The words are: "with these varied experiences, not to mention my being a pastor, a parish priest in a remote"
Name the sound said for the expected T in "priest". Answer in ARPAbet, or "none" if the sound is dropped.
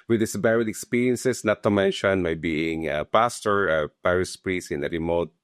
none